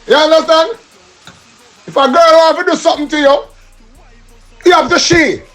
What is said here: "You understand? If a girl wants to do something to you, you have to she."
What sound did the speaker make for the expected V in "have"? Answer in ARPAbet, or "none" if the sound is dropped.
P